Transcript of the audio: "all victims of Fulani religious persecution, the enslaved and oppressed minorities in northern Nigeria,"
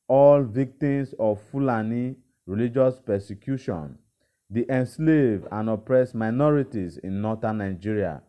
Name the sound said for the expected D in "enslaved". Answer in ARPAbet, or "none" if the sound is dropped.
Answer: none